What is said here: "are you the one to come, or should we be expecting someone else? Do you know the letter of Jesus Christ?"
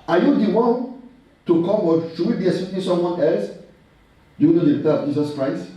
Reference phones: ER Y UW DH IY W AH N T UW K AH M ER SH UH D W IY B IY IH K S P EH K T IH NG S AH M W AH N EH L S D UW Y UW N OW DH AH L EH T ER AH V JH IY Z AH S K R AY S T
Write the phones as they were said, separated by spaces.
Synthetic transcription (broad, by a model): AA Y UW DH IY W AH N T UW K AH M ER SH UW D W IY B IY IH S EH T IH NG S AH M W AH N EH L S D UW Y UW N OW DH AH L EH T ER AH V JH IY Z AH S K R AY S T